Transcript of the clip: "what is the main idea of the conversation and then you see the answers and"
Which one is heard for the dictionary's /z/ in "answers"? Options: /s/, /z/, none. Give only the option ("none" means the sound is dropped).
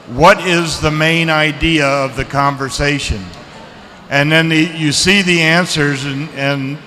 /z/